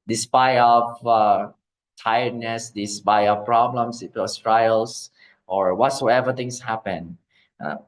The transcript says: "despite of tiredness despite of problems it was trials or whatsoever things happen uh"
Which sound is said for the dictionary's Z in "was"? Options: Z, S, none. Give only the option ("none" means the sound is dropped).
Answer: S